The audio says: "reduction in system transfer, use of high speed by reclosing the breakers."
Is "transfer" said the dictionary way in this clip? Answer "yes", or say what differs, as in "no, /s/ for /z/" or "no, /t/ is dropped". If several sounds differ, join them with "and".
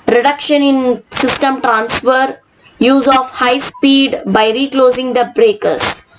yes